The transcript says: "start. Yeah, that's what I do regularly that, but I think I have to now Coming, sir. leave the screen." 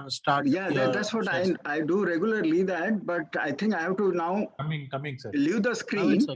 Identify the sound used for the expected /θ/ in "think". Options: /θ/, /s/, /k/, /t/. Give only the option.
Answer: /t/